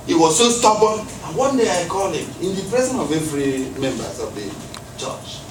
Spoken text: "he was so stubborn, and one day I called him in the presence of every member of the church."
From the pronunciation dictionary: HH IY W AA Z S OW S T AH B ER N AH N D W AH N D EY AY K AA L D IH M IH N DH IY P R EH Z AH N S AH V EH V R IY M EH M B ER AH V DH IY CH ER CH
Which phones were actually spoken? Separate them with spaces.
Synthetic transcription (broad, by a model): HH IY W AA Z S OW S T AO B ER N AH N W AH N D EY AY K AA L IH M IH N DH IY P R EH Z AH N AH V EH V R IY M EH M B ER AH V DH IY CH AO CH